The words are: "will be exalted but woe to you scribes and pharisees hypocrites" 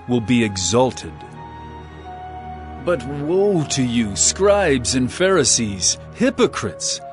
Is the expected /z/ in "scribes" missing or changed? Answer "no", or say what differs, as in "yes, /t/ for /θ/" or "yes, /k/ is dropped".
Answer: no